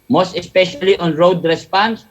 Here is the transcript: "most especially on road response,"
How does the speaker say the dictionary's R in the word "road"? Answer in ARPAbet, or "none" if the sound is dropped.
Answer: R